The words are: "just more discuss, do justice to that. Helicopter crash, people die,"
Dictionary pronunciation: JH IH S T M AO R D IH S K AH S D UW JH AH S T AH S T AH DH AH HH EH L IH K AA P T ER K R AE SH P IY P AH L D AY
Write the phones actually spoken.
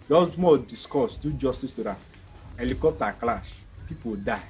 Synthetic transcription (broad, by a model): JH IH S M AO D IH S K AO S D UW JH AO S T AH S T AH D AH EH L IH K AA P T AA K L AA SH P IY P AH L D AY